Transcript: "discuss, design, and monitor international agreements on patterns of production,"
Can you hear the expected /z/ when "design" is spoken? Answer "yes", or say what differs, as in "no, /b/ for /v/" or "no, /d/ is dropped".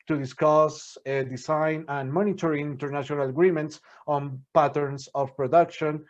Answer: no, /s/ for /z/